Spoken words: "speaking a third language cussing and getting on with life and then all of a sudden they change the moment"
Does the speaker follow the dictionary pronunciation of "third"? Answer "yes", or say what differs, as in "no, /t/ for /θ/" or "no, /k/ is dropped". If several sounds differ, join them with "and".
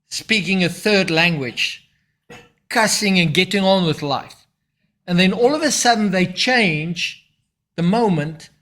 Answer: yes